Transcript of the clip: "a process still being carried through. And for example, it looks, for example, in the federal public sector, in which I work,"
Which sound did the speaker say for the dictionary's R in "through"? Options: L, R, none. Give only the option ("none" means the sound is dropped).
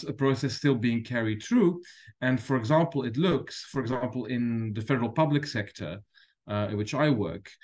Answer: R